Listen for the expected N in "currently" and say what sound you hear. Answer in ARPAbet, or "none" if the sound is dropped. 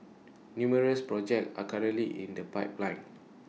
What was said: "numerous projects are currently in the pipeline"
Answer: none